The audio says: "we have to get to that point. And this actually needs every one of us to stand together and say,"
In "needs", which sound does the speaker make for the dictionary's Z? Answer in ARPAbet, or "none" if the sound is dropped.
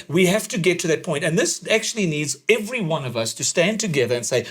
Z